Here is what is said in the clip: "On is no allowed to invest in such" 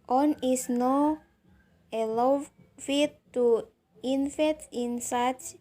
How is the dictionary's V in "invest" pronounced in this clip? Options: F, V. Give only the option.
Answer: F